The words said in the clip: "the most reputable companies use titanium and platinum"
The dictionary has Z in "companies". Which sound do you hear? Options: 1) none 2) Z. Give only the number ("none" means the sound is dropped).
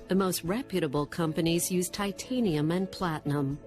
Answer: 2